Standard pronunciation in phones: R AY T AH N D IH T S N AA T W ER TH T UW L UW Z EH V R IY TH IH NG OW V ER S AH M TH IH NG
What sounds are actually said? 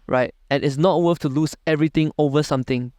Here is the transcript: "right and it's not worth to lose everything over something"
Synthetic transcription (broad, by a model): R AY T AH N IH T S N AA T W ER F T UW L UW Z EH V R IY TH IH NG OW V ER S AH M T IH NG